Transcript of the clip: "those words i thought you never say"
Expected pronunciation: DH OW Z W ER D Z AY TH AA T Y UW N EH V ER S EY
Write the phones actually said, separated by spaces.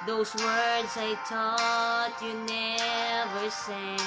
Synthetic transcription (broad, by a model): DH OW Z W ER D Z AY T AA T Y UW N EH V ER S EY